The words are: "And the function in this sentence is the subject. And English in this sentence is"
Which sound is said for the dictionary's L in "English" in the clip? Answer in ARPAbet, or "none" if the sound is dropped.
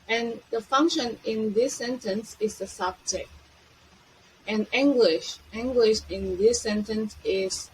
W